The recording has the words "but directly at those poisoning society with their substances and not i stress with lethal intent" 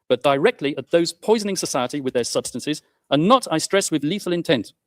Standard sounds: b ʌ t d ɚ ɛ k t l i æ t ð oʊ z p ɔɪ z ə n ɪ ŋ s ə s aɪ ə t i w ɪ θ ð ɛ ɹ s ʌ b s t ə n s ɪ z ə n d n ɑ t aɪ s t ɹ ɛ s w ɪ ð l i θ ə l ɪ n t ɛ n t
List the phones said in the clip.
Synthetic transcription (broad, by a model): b ʌ t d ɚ ɛ k t l i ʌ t ð oʊ z p ɔɪ z ə n ɪ ŋ s ə s aɪ ə t i w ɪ ð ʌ ɹ s ʌ b s t ə n s ɪ z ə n n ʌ t aɪ s t ɹ ɛ s w ɪ ð l i θ ə l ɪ n t ɛ n t